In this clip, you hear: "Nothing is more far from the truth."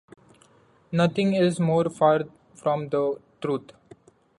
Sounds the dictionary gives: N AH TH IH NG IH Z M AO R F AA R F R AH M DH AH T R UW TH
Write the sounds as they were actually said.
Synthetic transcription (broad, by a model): N AH T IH NG IH Z M AO R F AA R F R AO M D AH T R UW T